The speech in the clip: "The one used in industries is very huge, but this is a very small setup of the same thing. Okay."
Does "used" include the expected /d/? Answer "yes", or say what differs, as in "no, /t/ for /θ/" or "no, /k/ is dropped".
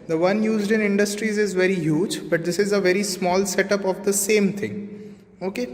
yes